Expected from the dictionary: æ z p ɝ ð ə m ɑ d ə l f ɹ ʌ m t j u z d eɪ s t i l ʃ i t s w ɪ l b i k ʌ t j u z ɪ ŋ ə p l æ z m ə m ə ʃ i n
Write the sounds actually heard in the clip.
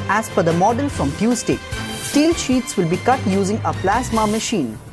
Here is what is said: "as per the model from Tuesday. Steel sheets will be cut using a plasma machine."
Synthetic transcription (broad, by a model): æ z f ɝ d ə m ɑ d ə l f ɹ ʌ m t j u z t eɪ s t i l ʃ i t s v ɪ l b i k ʌ t j u z ɪ ŋ ə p l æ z m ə m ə ʃ i n